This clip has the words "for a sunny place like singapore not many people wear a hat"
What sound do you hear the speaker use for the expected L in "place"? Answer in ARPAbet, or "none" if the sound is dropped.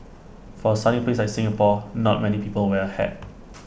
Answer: none